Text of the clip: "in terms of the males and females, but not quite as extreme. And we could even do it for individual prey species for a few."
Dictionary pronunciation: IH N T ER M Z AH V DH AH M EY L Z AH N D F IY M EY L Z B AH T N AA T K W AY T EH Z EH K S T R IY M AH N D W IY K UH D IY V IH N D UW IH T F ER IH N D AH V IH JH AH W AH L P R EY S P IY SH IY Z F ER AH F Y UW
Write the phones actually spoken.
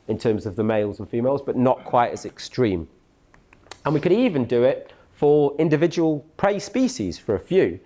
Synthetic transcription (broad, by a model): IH N T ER M Z AH V DH AH M EY L Z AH N F IY M EY L Z B AH T N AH T K W AY T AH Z EH K S T R IY M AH N W IY K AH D IY V IH N D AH IH T F ER IH N D AH V IH JH AH W AH L P R EY S P IY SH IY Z F ER AH F Y UW